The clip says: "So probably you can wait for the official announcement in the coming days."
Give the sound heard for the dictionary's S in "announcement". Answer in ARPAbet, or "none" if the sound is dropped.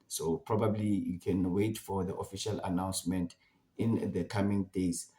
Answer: S